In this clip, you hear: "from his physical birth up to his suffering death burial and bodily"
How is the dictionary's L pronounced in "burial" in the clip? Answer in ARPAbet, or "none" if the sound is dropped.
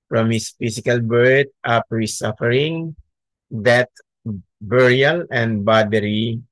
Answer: L